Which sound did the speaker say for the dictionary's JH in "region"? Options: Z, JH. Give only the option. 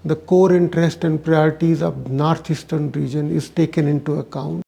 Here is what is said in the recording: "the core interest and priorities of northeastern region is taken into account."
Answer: JH